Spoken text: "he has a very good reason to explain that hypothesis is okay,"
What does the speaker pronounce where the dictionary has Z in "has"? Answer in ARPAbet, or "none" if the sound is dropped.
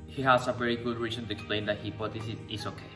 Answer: S